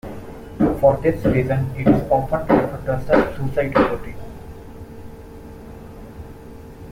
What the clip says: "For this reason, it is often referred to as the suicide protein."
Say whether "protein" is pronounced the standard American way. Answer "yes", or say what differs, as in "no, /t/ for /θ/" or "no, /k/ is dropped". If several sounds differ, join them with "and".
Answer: no, /n/ is dropped